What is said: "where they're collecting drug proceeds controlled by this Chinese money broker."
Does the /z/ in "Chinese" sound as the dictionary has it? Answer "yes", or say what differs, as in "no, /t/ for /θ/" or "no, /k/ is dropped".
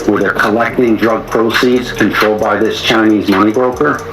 yes